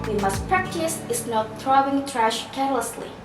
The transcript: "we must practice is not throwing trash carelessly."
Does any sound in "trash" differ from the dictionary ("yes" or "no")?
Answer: no